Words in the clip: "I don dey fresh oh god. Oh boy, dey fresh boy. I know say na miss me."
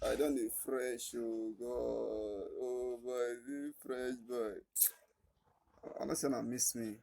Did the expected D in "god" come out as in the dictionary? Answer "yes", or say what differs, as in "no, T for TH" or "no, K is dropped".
no, D is dropped